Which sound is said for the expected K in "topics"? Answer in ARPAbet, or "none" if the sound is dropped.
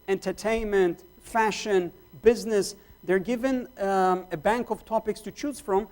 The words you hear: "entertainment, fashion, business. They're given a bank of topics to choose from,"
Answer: K